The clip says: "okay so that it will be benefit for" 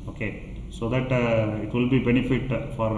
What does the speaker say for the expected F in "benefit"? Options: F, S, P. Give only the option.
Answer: F